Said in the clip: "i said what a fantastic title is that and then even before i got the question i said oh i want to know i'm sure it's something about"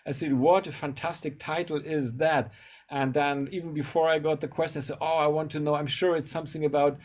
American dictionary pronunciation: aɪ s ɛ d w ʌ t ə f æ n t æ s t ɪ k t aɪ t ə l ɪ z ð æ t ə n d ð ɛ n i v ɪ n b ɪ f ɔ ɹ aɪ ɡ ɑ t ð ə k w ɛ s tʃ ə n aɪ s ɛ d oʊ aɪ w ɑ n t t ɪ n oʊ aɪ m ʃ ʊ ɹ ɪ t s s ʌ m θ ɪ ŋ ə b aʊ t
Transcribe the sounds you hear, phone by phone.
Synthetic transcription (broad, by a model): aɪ s ɛ d w ʌ t ə f æ n t æ s t ɪ k t aɪ t l ɪ z ð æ t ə n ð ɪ n i v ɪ n b ɪ f ɔ ɹ aɪ ɡ ɑ t ð ə k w ɛ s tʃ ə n aɪ s ɛ d oʊ aɪ w ɑ n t t ɪ n oʊ aɪ m ʃ ʊ ɹ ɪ t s s ʌ m θ ɪ ŋ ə b aʊ t